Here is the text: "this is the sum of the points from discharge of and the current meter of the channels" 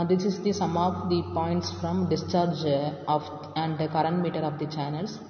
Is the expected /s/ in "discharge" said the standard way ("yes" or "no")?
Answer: yes